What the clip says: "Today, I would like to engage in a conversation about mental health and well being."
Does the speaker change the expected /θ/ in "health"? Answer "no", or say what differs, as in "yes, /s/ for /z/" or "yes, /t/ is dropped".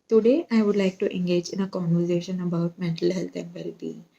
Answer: yes, /t/ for /θ/